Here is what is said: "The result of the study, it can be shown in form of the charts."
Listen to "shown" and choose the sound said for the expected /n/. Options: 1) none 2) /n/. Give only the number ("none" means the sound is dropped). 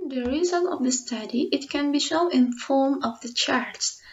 1